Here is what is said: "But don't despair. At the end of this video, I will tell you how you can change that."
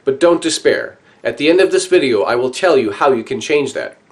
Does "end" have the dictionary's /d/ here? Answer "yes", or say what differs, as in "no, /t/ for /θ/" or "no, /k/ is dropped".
yes